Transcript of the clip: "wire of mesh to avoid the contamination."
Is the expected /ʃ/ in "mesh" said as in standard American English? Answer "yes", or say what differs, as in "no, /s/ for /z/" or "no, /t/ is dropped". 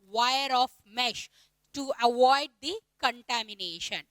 yes